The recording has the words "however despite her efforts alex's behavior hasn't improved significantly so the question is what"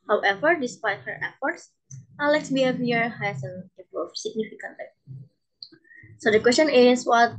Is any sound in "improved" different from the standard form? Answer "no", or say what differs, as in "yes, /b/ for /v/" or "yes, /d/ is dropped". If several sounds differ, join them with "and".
yes, /m/ is dropped